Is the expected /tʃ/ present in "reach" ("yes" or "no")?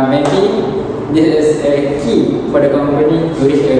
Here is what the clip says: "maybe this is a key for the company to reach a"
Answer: no